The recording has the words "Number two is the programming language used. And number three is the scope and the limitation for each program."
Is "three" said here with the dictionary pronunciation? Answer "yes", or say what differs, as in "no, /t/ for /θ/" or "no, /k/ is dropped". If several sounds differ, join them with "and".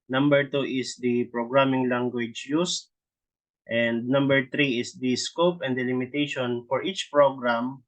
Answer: no, /t/ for /θ/